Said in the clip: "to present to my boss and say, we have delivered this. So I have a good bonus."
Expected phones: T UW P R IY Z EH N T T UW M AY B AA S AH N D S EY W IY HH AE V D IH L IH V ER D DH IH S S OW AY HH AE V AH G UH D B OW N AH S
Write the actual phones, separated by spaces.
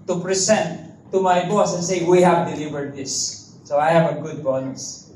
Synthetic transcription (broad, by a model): T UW P R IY S EH N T T UW M AY B AA S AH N S EY W IY HH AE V D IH L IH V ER D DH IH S S OW AY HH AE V AH G UH D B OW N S